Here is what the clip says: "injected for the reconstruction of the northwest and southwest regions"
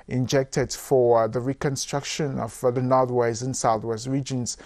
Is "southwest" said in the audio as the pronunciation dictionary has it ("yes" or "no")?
yes